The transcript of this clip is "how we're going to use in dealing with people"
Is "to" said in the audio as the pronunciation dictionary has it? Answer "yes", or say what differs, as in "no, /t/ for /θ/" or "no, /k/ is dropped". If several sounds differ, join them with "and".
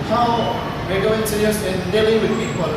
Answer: no, /s/ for /t/